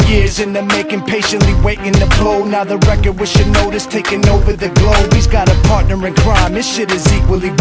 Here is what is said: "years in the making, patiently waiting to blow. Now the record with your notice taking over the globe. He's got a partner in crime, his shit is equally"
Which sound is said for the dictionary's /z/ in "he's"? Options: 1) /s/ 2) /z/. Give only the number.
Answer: 2